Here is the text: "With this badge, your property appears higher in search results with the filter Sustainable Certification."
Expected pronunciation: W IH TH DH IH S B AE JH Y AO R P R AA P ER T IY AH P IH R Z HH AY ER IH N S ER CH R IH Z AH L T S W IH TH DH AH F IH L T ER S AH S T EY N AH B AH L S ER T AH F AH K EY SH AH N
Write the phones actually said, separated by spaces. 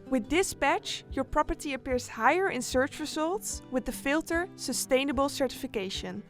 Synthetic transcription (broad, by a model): W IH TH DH IH S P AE CH Y AO R P R AA P ER T IY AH P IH R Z HH AY ER IH N S ER CH R IH Z AH L T S W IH DH AH F IH L T ER S AH S T EY N AH B AH L S ER T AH F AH K EY SH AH N